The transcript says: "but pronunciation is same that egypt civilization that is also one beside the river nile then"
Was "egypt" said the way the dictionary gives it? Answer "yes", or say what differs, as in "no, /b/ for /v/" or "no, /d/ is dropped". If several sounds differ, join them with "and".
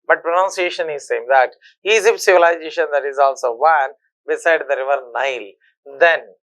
no, /z/ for /dʒ/